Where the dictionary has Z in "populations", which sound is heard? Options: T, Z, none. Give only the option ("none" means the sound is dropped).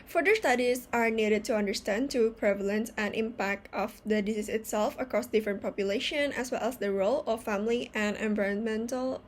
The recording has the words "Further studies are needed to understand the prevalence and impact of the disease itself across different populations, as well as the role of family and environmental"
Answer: none